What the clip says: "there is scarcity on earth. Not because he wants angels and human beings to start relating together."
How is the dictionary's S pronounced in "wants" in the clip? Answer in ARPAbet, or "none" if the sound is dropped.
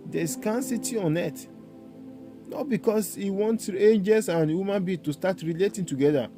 none